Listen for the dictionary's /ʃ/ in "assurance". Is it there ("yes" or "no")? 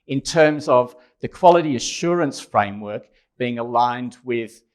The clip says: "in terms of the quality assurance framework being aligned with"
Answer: yes